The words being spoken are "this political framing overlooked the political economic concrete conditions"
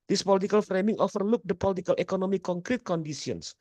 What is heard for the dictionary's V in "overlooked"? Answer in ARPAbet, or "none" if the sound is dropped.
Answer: F